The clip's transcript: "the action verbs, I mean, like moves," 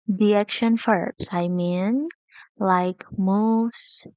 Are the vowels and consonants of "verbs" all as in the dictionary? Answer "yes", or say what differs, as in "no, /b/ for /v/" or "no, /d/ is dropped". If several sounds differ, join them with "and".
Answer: no, /f/ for /v/ and /s/ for /z/